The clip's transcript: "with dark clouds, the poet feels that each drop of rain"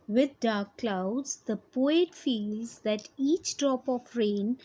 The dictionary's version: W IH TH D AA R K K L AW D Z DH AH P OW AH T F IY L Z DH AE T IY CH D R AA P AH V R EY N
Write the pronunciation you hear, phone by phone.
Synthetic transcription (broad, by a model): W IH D D AA R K K L AW D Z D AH P OW AH T F IY L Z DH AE T IY CH D R AA P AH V R EY N